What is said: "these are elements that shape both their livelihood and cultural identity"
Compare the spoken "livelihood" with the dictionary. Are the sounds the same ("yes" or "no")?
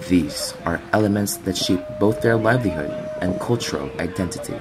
yes